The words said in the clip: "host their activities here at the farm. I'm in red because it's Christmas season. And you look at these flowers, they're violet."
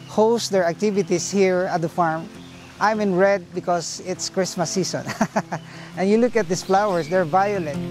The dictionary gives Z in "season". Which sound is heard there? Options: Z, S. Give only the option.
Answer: S